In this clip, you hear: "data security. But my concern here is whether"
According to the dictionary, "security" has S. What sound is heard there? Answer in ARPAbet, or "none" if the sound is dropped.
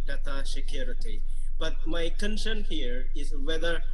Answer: SH